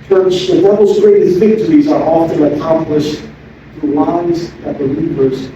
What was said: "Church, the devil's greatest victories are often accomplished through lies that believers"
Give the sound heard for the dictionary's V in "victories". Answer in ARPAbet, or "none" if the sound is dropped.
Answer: V